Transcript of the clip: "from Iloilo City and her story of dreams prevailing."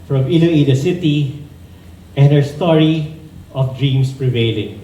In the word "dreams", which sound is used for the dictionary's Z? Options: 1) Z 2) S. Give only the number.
2